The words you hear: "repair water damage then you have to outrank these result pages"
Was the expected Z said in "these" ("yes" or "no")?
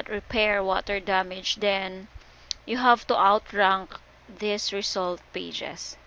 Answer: no